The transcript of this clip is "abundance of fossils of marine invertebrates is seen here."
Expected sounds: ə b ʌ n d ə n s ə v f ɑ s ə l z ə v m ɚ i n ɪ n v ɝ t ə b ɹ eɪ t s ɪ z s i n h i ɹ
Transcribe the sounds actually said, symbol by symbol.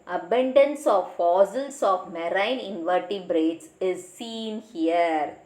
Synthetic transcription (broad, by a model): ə b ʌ n d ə n s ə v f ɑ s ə l s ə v m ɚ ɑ n ɪ n v ɝ t ə b ɹ eɪ t s ɪ z s i n h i ɹ